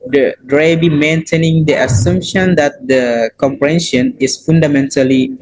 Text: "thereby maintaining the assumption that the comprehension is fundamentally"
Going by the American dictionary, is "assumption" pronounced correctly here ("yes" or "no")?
yes